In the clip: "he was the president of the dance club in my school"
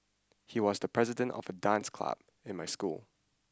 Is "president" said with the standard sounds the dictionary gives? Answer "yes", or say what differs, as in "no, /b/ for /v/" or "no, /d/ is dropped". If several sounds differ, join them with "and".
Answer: yes